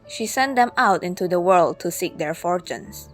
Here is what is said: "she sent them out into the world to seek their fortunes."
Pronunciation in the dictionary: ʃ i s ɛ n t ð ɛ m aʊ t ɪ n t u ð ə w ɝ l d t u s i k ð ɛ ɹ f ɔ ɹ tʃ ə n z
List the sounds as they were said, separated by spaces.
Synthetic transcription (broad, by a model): ʃ i s ɛ n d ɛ m aʊ t ɪ n t u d ə w ɝ l d t u s i k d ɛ ɹ f ɔ ɹ tʃ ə n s